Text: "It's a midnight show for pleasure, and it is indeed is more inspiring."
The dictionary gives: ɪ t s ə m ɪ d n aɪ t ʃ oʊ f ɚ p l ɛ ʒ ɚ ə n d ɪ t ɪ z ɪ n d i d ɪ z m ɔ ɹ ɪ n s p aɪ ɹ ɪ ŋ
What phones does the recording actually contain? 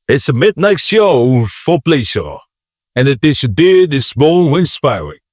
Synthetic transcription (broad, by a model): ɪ t s ə m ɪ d n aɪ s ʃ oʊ f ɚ p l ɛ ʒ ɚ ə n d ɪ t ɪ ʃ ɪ d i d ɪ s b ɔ w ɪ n s p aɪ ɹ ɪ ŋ